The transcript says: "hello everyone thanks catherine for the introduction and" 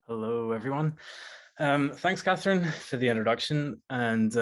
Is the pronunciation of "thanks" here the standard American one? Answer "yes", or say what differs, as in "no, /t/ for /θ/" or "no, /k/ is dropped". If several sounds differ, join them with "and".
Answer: yes